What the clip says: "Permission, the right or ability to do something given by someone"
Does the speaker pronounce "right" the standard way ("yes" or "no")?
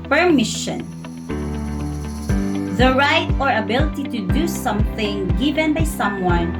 yes